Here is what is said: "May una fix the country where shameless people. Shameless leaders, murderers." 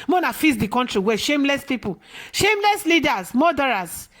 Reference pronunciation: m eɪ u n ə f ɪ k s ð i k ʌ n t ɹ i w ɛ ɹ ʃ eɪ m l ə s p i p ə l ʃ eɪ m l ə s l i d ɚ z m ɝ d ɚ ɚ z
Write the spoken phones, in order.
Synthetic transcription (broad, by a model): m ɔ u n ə f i s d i k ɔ n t ɹ i w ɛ ʃ eɪ m l ə s p i p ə ʃ eɪ m l ə s l i d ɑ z m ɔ d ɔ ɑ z